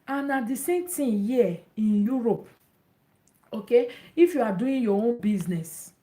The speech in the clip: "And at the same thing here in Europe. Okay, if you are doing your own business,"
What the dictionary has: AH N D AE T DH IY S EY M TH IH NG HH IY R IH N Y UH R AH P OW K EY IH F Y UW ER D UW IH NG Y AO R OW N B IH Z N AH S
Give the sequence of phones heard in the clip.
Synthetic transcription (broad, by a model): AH N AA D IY S EY M T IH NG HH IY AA IH N Y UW R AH P OW K EY IH F Y UW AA D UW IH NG Y AO W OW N B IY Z N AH S